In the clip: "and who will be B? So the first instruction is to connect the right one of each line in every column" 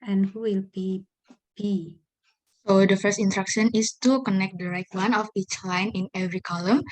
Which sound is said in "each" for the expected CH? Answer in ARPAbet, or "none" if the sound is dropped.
CH